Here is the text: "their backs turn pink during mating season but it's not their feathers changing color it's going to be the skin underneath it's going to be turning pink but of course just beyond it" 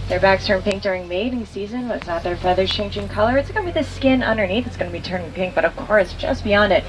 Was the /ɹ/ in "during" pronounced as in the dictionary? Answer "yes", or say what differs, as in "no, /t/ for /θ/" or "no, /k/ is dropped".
yes